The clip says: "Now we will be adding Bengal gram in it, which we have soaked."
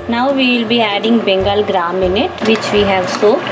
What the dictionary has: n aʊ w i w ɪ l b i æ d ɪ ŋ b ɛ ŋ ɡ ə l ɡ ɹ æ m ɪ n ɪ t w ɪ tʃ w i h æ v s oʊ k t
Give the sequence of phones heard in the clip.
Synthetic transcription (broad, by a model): n aʊ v i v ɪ l b i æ d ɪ ŋ b ɛ ŋ ɡ ə l ɡ ɹ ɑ m ɪ n ɪ t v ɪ tʃ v i h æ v s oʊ